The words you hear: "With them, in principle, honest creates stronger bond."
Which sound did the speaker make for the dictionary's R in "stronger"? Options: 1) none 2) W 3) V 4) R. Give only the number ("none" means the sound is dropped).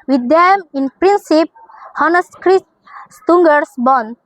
1